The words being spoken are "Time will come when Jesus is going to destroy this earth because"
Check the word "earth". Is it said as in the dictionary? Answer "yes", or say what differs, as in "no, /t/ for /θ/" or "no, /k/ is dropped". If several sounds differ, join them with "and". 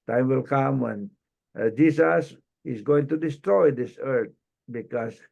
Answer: no, /t/ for /θ/